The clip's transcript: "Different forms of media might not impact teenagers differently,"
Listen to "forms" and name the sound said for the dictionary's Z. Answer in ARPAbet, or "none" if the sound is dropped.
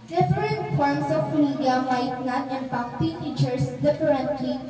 S